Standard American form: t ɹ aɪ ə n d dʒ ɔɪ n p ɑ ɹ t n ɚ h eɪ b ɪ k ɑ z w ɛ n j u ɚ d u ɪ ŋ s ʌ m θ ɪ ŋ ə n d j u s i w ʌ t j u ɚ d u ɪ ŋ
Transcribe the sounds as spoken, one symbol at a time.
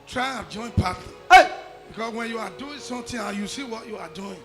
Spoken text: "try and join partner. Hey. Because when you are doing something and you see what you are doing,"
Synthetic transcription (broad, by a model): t ɹ aɪ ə dʒ ɔɪ n p ɑ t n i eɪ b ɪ k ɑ s w ɛ n j u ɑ d u ɪ ŋ s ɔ m t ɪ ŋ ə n j u s i w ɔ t j u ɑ d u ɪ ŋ